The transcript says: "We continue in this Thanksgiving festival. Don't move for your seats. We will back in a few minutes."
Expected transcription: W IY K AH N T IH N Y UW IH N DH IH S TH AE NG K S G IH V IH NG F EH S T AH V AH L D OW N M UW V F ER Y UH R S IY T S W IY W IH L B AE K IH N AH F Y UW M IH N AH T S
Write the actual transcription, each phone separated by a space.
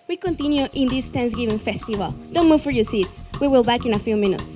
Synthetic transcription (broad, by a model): W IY K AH N T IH N Y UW IH N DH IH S T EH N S G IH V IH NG F EH S T AH V AH L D OW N M UW V F ER Y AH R S IY T S W IY W IH L B AE K IH N AH F Y UW M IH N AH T S